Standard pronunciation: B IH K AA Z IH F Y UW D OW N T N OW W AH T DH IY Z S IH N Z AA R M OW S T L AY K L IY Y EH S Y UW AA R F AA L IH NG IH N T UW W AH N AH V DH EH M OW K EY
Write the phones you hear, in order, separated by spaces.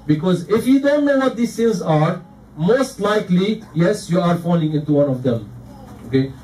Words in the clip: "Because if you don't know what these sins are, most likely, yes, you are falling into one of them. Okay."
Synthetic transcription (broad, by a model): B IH K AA Z IH F Y UW D OW N T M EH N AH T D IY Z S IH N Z AA R M OW S T L AY K L IY Y EH S Y UW AA R F AA L IH NG IH N T UW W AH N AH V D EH M OW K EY